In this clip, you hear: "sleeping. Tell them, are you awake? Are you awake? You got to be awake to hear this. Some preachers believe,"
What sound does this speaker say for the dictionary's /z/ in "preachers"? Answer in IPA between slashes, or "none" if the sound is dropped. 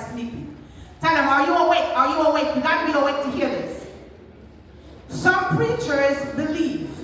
/z/